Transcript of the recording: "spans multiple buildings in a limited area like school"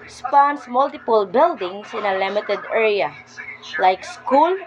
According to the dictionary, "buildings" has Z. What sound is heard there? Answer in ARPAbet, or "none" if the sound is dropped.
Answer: S